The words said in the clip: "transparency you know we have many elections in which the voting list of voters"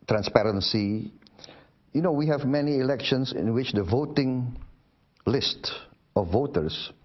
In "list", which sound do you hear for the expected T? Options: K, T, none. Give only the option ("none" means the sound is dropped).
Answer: T